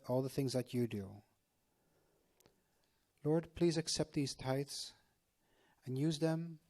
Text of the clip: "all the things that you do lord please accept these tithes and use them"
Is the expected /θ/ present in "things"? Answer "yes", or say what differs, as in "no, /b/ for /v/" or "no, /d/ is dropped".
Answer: yes